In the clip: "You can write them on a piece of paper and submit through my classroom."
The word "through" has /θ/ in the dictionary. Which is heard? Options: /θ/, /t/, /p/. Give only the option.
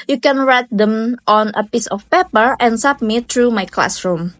/t/